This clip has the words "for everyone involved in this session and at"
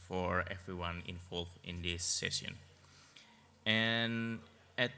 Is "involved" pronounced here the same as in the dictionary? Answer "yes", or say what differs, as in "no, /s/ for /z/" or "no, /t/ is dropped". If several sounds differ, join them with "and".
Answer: no, /d/ is dropped